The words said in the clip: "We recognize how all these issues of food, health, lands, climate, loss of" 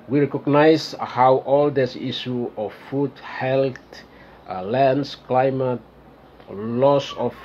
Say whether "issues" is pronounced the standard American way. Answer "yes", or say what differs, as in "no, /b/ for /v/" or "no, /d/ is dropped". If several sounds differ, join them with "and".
no, /z/ is dropped